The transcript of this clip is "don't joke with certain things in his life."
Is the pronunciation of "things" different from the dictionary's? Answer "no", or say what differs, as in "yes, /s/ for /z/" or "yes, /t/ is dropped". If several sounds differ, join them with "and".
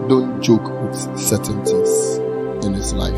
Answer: yes, /t/ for /θ/